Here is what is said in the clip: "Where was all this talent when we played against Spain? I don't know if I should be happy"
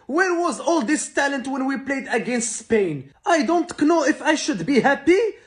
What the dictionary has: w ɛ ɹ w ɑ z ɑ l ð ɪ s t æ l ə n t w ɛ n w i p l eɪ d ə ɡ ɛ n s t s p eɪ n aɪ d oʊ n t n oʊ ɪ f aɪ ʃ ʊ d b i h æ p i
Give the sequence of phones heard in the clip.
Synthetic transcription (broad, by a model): w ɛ ɹ w ɑ z ɑ l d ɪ s t æ l ə n t w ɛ n w i p l eɪ d ə ɡ ɛ n s t s p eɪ n aɪ d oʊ n t n oʊ ɪ f aɪ ʃ ʊ d b i h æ p i